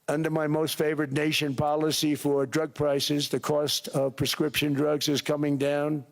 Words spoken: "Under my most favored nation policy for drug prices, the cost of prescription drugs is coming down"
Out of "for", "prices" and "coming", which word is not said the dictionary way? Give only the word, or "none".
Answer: none